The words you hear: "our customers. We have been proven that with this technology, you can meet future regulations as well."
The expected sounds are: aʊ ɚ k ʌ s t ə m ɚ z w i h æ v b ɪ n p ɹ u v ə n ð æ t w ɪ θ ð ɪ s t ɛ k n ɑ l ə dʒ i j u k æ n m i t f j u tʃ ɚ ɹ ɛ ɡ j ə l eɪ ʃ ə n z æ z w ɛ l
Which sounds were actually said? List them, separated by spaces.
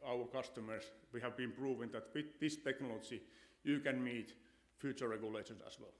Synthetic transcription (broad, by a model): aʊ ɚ k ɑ s t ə m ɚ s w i h æ v b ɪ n p ɹ u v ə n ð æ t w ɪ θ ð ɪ s t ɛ k n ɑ l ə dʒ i j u k æ n m i t f j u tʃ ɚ ɹ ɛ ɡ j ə l eɪ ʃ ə n s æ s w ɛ l